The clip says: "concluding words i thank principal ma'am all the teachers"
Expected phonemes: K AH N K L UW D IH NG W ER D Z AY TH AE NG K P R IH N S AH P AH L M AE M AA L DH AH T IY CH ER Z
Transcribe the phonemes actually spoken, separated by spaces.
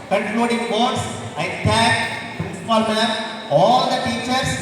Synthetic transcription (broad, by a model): K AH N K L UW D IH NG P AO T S AY T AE K P R IH N S AH P AH L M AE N AA L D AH T IY CH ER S